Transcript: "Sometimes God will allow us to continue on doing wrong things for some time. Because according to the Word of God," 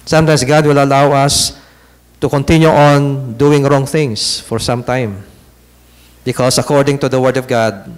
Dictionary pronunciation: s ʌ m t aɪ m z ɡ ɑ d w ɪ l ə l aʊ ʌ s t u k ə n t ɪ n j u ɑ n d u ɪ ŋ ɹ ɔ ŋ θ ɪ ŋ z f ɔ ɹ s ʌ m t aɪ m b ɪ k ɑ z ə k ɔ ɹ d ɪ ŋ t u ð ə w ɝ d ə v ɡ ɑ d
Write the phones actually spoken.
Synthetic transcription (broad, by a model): s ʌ m t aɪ m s ɡ ɑ d w ɪ l ə l aʊ ʌ s t u k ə n t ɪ n j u ɑ n d u ɪ ŋ ɹ ɔ ŋ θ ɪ ŋ s f ɔ ɹ s ʌ m t aɪ m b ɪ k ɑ s ə k ɔ ɹ d ɪ ŋ t u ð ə w ɝ d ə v ɡ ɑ d